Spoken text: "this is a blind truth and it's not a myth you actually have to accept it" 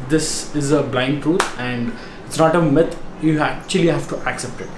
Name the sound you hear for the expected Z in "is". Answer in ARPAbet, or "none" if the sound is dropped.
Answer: Z